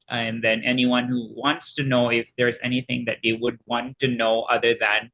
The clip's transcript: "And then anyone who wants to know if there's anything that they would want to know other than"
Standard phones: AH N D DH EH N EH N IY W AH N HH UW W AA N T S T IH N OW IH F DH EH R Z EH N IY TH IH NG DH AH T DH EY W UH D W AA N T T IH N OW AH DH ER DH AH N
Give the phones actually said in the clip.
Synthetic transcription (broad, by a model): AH N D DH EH N EH N IY W AH N HH UW W AA N T S T IH N OW IH F DH EH R Z EH N IY TH IH NG DH AH T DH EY W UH D W AA N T T IH N OW AH DH ER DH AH N